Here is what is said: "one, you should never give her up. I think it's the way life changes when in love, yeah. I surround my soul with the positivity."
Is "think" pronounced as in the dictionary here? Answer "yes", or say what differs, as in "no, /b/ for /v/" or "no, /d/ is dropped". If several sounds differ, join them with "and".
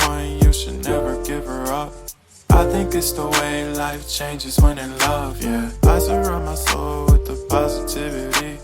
yes